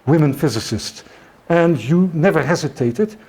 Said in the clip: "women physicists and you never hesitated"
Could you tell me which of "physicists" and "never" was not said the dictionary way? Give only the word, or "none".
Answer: none